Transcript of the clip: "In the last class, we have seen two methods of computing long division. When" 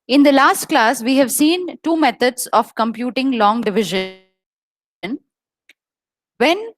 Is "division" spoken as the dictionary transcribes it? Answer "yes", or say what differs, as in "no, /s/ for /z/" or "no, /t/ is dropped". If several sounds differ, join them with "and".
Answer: yes